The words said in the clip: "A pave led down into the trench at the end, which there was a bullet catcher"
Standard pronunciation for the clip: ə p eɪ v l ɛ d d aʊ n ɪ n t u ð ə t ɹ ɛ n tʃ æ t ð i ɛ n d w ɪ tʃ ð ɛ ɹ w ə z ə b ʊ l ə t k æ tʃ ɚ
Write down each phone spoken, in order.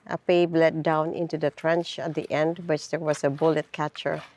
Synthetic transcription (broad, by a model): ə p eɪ b l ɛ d d aʊ n ɪ n t u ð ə t ɹ ɛ n tʃ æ t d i ɛ n d w ɪ tʃ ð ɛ ɹ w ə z ə b ʊ l ə t k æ tʃ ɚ